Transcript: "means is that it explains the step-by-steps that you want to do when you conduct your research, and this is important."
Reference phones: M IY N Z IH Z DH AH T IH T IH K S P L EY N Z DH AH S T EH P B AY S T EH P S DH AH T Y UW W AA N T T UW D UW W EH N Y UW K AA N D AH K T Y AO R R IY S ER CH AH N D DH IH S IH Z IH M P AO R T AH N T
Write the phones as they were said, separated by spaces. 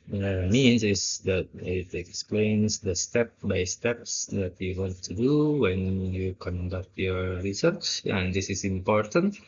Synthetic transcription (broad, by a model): M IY N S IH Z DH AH T IH T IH K S P L EY N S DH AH S T EH P B AY S T EH P S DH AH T Y UW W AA N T T UW D UW W EH N Y UW K AA N D AH K T Y AO R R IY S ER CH AH N D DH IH S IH S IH M P AO R T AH N T